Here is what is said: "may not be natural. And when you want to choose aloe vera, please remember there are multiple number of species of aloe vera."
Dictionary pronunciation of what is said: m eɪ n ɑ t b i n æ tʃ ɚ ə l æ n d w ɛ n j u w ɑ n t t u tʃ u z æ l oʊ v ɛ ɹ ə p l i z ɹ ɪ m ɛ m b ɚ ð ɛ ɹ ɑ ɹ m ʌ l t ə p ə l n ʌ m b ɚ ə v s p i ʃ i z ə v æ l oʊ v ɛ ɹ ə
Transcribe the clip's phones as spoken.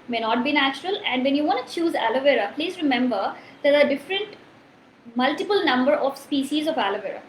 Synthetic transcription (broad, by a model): m eɪ n ɑ t b i n æ tʃ ɚ ə l æ n d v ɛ n j u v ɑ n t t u tʃ u z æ l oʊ v ɛ ɹ ə p l i z ɹ ɪ m ɛ m b ɚ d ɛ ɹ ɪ ɹ m ʌ l t ə p ə l n ʌ m b ɚ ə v s p i ʃ i z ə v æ l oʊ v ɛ ɹ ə